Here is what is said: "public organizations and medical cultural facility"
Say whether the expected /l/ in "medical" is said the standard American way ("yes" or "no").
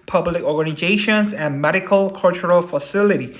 yes